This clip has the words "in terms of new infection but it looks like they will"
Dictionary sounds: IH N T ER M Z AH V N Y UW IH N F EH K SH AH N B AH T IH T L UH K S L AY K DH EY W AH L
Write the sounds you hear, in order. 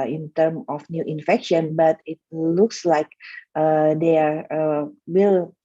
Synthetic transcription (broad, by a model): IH N T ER M AH F N Y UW IH N F EH K SH AH N B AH T IH T L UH K S L AY K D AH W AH L